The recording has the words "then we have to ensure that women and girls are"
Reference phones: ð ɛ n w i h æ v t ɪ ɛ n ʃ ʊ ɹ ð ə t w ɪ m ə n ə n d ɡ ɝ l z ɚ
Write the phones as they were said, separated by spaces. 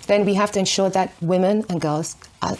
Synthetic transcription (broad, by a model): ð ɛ n w i h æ f t ɪ ɛ n ʃ ʊ ɹ ð ə t w ɪ m ə n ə n ɡ ɝ l z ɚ